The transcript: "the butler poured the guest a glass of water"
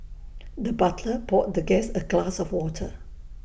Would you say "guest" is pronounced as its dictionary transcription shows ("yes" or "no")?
no